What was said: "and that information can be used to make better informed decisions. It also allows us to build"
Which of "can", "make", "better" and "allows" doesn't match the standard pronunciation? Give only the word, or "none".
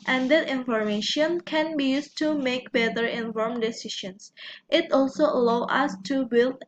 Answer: allows